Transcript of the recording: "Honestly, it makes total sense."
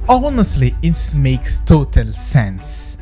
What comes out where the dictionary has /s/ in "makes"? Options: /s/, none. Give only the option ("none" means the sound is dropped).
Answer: /s/